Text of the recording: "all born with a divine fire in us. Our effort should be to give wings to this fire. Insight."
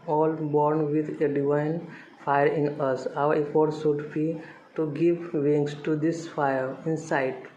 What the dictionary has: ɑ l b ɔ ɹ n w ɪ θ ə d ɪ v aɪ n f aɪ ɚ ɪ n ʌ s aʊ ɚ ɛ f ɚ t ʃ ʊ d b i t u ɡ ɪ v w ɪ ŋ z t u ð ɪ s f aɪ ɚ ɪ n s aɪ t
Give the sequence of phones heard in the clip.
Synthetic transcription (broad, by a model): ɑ l b ɔ ɹ n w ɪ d ə d ɪ v aɪ n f aɪ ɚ ɪ n ʌ s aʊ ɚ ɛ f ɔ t s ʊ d b i t u ɡ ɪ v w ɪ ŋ s t u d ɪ s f aɪ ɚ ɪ n s aɪ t